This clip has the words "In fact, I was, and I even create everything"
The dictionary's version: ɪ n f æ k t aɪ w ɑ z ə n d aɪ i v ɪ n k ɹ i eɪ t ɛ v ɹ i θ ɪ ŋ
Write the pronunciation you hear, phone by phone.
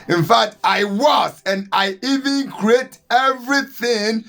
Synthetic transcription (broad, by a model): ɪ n f æ k t aɪ w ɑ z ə n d aɪ i v ɪ n k ɹ i eɪ t ɛ v ɹ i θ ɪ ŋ